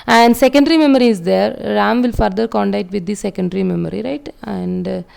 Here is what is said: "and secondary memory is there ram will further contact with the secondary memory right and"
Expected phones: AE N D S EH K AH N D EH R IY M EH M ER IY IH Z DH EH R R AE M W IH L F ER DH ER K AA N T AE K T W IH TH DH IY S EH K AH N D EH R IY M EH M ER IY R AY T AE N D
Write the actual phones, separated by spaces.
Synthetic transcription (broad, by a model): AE N D S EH K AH N D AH R IY M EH M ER IY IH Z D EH R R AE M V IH L F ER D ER K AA N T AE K T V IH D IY S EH K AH N D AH R IY M EH M ER IY R AY T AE N D